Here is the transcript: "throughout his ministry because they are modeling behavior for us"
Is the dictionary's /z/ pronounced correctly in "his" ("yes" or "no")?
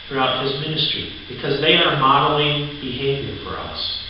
yes